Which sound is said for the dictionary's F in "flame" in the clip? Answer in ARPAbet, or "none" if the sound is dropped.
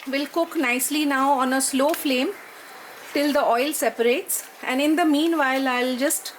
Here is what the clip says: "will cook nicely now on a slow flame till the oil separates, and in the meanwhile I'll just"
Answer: F